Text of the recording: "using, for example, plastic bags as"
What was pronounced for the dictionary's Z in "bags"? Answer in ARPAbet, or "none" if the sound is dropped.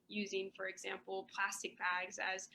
Z